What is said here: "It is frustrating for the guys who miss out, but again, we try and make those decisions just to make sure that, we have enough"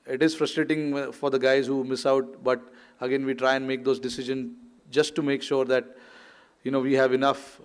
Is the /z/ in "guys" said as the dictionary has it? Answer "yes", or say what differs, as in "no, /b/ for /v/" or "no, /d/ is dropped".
yes